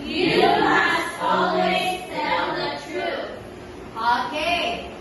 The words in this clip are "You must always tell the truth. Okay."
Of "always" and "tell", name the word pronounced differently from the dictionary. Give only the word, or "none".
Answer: tell